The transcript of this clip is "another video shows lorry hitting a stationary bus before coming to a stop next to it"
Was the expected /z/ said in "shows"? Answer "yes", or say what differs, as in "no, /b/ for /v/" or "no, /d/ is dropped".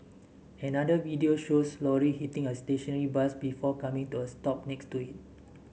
no, /s/ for /z/